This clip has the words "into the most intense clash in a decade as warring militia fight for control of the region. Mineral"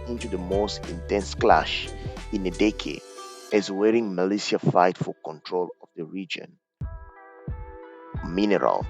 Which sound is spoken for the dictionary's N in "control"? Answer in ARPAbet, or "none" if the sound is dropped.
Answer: N